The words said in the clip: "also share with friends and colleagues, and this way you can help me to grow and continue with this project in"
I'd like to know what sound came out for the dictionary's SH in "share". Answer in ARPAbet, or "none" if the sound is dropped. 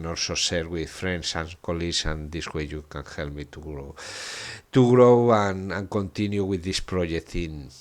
S